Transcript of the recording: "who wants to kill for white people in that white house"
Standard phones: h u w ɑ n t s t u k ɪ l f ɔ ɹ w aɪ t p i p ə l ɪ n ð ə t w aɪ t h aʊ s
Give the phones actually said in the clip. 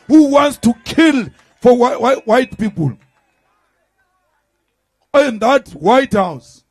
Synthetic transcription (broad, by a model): h u w ɑ n t s t u k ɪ l f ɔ w w aɪ t p i p ə l ɪ n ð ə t w aɪ t h aʊ s